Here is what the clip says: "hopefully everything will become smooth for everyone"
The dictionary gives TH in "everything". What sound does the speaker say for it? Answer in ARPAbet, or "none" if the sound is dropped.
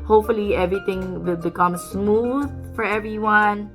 T